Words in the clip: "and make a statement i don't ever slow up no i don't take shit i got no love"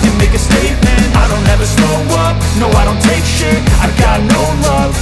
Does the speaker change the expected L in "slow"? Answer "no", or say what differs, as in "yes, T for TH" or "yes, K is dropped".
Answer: yes, L is dropped